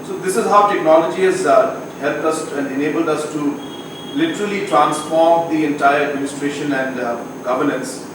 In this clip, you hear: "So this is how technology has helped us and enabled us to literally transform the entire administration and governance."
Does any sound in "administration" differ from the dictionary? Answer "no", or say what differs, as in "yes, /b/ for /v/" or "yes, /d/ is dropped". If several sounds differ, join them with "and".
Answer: no